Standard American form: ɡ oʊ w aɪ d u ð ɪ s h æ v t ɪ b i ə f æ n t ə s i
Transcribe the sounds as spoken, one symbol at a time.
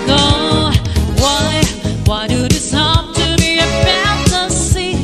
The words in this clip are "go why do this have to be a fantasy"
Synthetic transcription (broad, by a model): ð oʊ w aɪ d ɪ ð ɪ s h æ p t ɪ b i ə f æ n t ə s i